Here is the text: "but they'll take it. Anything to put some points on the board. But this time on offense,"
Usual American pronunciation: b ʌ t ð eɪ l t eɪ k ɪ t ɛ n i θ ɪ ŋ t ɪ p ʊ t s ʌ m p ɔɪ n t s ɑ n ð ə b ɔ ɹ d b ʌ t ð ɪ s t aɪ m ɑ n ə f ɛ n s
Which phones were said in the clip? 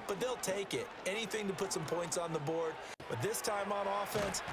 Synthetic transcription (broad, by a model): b ʌ t ð eɪ l t eɪ k ɪ t ɛ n i θ ɪ ŋ t ɪ p ʊ t s ʌ m p ɔɪ n t s n ð ə b ɔ ɹ d b ʌ t ð ɪ s t aɪ m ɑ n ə f ɛ n s